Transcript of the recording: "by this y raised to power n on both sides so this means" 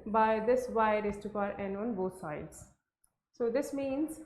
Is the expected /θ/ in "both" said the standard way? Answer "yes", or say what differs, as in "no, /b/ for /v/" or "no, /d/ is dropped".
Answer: no, /t/ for /θ/